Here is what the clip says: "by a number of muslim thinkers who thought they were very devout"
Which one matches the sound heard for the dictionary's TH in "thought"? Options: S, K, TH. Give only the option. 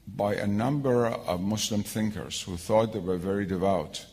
TH